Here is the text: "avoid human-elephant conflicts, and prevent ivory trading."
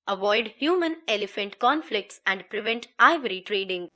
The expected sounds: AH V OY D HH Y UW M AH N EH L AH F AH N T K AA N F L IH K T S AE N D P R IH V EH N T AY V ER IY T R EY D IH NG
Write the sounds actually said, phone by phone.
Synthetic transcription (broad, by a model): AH V OY D HH Y UW M AH N EH L AH F AH N T K AA N F L IH K T S AE N D P R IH V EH N T AY V ER IY T R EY D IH NG